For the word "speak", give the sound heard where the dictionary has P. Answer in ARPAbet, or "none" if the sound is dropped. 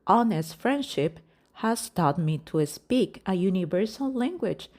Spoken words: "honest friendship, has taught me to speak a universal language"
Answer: P